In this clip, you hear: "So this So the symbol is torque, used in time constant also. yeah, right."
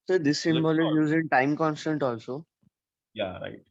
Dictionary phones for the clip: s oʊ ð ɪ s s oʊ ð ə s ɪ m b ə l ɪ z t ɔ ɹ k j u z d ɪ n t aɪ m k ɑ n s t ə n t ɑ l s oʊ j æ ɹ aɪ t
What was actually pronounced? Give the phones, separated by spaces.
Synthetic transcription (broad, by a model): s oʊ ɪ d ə s ɪ m b ə l ɪ z j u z ɪ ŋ t aɪ m k ɑ n s t ə n t ɑ l s oʊ j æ ɹ aɪ t